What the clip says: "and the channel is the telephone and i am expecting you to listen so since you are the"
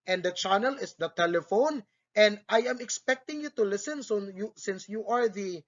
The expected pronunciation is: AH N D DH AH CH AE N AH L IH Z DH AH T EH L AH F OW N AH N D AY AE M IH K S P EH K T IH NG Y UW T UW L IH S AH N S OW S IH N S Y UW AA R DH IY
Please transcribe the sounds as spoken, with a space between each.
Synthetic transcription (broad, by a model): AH N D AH CH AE N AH L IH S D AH T EH L AH F OW N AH N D AY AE M IH K S P EH K T IH NG Y UW T UW L IH S AH N S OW S IH N S Y UW AA R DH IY